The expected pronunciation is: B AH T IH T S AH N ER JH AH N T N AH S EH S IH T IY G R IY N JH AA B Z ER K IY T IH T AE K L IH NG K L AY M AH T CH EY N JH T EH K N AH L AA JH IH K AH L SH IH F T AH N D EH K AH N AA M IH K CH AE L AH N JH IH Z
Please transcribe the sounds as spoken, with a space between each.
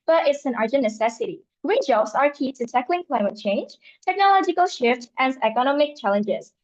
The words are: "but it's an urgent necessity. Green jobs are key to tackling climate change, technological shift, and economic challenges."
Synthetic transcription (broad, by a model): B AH T IH T S AH N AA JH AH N N AH S EH S IH T IY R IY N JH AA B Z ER K IY T IH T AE K L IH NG K L AY M AH T CH EY N JH T EH K N AH L AA JH IH K AH L SH IH F T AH N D EH K AH N AA M IH K CH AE L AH N JH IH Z